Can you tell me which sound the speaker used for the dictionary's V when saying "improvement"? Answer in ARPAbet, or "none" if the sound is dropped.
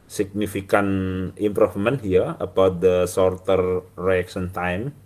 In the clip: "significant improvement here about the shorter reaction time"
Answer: F